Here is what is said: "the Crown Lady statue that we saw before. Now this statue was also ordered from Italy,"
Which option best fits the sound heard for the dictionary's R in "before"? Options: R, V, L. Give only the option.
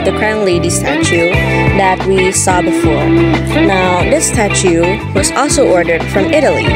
R